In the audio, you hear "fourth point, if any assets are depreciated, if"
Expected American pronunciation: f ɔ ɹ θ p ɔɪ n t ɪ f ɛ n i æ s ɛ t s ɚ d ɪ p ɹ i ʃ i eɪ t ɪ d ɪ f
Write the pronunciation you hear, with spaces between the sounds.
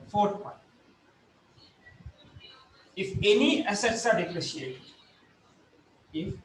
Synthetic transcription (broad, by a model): f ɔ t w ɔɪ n ɪ f ɛ n i æ s ɛ t s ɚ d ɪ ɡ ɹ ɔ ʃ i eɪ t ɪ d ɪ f